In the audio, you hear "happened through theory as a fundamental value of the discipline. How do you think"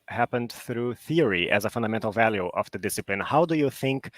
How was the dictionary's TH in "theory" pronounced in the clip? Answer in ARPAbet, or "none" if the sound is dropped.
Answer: TH